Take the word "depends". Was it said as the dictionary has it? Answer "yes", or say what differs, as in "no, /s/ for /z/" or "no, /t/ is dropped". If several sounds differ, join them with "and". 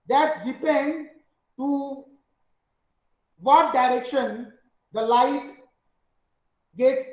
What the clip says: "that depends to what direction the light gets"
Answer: no, /z/ is dropped